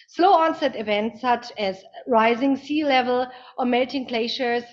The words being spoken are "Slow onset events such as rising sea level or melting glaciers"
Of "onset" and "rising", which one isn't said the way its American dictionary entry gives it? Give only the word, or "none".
none